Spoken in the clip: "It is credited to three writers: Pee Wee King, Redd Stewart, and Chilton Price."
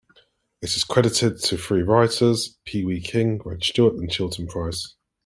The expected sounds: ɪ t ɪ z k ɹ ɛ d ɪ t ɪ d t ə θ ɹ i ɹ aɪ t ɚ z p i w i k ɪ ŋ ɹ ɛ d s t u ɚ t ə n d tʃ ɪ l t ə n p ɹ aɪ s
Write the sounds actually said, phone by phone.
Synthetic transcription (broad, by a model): ɪ t ɪ z k ɹ ɛ d ɪ t ɪ d t ə f ɹ i ɹ aɪ t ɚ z p i w i k ɪ ŋ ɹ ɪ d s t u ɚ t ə n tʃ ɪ l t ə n p ɹ aɪ s